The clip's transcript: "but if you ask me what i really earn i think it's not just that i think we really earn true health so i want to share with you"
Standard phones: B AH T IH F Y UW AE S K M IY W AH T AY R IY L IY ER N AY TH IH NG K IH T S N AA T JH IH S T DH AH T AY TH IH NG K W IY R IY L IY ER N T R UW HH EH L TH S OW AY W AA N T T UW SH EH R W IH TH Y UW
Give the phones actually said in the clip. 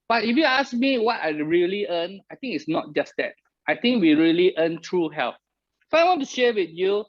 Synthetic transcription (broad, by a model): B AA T IH F Y UW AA S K M IY W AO T AY R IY L IY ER N AY T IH NG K IH T S N AA T JH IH S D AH T AY T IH NG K W IY R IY L IY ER N T R UW HH EH L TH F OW AY W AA N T T UW SH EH W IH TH Y UW